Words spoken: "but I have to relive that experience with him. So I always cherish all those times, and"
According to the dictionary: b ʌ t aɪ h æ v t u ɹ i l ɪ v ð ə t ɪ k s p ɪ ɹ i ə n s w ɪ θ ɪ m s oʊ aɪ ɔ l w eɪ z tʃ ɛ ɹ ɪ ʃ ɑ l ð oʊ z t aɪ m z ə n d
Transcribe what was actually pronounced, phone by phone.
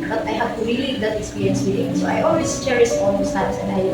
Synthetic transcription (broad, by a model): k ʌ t aɪ h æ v t u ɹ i l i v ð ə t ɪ k s p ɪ ɹ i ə n s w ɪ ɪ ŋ s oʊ aɪ ɔ l w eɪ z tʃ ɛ ɹ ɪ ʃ ɑ l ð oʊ s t aɪ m s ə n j